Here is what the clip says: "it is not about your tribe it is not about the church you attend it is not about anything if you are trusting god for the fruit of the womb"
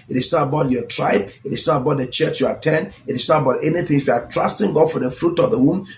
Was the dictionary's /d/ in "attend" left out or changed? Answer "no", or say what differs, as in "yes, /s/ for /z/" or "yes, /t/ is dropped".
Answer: yes, /d/ is dropped